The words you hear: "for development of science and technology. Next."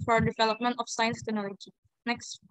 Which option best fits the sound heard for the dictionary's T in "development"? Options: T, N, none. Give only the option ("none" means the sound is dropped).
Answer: T